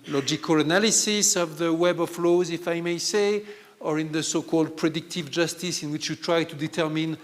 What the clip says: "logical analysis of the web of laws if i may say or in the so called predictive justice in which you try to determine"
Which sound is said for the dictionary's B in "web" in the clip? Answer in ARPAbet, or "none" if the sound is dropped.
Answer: B